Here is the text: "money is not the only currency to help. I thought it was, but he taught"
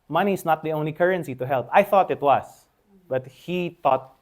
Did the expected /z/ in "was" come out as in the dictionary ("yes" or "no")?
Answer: no